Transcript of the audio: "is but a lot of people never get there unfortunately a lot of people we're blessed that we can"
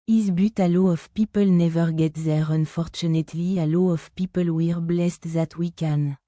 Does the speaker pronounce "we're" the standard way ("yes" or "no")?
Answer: yes